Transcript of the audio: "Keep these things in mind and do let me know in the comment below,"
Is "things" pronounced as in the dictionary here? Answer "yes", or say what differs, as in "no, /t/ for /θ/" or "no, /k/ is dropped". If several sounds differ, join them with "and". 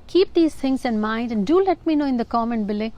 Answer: no, /t/ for /θ/